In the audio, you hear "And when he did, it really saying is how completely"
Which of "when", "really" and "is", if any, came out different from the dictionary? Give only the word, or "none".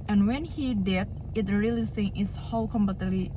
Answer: is